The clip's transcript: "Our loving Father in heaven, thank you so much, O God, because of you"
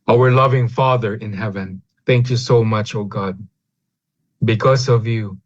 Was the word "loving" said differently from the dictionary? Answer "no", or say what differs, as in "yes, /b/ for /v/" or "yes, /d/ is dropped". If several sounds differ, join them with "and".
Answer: no